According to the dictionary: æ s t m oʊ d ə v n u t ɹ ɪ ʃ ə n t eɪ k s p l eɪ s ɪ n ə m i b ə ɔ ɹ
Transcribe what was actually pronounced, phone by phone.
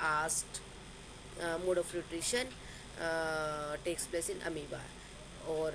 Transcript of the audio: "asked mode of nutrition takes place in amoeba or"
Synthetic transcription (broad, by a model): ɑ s t m oʊ d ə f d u t ɹ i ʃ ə n t eɪ k s p l eɪ s ɪ n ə m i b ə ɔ ɹ